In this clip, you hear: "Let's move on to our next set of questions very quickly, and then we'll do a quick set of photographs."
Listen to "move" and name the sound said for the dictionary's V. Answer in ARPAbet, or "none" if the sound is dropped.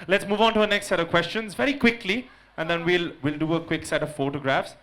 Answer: V